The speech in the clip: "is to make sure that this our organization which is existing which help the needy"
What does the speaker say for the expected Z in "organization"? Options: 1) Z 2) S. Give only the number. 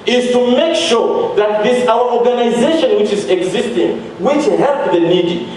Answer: 1